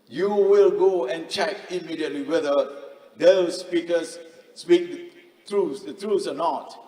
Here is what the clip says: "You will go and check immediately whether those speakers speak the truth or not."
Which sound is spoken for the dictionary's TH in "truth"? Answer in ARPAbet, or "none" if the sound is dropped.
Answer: S